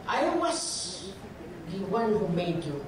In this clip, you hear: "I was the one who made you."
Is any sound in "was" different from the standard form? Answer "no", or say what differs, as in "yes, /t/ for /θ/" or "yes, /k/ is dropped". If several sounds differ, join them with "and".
yes, /s/ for /z/